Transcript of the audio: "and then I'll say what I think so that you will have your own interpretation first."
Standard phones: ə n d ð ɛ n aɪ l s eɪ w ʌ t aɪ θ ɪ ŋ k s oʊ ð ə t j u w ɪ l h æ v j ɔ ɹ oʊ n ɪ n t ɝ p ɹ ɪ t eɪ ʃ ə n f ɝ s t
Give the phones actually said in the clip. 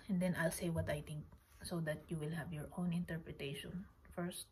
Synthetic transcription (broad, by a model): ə n d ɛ n aɪ l s eɪ w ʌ t aɪ t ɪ ŋ k s oʊ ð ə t j u w ɪ l h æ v j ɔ ɹ oʊ n ɪ n t ɝ p ɹ ɪ t eɪ ʃ ə n f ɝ s t